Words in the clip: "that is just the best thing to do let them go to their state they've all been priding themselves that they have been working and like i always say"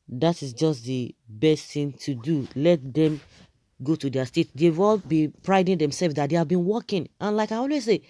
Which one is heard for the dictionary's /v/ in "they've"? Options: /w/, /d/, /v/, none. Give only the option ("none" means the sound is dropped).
/w/